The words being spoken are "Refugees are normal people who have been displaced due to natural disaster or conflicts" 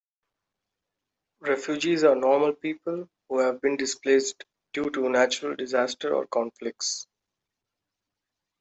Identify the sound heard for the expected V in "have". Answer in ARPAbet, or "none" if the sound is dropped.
V